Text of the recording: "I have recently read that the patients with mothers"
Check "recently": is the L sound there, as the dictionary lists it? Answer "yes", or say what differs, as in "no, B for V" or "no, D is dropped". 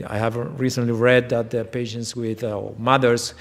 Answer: yes